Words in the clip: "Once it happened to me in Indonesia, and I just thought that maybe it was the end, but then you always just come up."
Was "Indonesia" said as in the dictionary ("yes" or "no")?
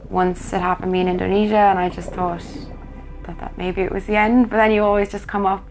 yes